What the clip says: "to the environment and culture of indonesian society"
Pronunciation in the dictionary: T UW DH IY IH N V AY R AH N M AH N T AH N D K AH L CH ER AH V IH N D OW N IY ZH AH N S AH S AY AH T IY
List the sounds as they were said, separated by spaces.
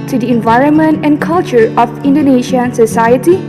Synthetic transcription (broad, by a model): T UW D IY IH N V AY R AH N M AH N T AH N K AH L CH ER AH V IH N D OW N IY SH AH N S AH S AY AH T IY